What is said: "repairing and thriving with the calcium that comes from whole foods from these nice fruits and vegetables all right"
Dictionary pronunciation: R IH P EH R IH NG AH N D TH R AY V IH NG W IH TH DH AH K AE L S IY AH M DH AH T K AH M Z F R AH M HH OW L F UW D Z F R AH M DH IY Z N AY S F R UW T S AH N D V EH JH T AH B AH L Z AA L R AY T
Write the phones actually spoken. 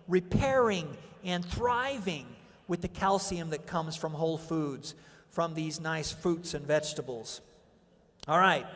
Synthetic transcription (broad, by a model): R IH P EH R IH NG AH N TH R AY V IH NG W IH DH AH K AE L S IY AH M DH AH T K AH M Z F R AH M HH OW L F UW D Z F R AH M DH IY Z N AY S F R UW T S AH N V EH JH T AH B L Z AA L R AY T